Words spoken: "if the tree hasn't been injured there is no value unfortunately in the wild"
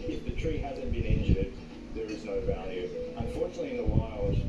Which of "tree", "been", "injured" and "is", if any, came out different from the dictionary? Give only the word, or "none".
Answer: none